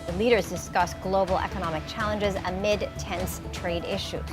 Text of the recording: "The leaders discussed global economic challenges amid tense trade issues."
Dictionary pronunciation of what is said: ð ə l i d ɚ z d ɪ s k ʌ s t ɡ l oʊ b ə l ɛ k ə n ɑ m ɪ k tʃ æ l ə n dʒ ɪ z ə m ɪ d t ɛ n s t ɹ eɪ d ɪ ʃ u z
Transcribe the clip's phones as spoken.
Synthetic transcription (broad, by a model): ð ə l i d ɚ z d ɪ s k ʌ s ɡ l oʊ b l ɛ k ə n ɑ m ɪ k tʃ æ l ə n dʒ ɪ z ə m ɪ d t ɛ n s t ɹ eɪ d ɪ ʃ u